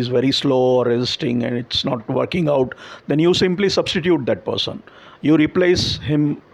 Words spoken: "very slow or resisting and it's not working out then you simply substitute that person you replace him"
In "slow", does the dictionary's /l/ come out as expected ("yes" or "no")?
yes